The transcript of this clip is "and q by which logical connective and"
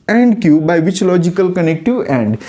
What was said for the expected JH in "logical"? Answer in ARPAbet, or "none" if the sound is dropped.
JH